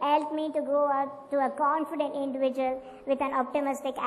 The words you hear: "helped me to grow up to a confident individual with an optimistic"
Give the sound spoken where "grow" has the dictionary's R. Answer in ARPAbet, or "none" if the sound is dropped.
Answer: none